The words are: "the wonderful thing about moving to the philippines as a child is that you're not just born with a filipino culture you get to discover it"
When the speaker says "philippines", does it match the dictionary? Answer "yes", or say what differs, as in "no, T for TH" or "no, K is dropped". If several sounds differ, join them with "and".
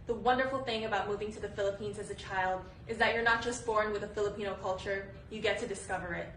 yes